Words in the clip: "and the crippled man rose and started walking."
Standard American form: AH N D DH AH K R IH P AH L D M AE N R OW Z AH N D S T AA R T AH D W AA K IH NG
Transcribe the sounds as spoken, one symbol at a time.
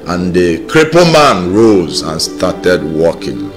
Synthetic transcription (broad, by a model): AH N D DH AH K R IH P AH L M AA N R OW Z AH N S T AA T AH D W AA K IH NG